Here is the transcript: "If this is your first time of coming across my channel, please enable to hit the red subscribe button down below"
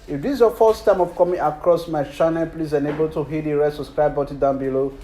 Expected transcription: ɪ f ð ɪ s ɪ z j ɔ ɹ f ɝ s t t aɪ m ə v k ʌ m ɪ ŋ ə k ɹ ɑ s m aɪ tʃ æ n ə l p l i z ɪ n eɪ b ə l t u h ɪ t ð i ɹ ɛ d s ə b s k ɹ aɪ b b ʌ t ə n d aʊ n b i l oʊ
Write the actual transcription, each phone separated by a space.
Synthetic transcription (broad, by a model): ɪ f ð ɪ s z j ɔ f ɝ s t t aɪ m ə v k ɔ m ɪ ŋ ə k ɹ ɑ s m aɪ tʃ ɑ n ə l p l i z ɪ n eɪ b ə l t u h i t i ɹ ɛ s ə s k ɹ aɪ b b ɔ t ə d aʊ n b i l oʊ